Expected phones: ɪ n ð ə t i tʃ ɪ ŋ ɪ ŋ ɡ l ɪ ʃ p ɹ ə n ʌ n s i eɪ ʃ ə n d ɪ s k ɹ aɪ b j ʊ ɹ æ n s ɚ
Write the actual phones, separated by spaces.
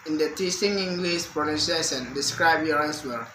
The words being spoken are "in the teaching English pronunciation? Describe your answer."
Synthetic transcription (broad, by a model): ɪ n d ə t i s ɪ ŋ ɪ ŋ ɡ l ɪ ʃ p ɹ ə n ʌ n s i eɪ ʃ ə n d ɪ s k ɹ aɪ b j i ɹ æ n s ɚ